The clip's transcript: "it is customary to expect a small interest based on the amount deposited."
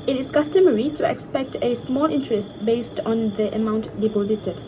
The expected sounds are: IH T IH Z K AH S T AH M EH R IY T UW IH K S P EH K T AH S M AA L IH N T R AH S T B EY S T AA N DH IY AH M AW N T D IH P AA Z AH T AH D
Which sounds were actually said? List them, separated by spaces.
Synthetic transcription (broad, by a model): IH T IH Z K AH S T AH M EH R IY T UW IH K S P EH K T AH S M AA L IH N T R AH S T B EY S T AA N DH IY AH M AW N T D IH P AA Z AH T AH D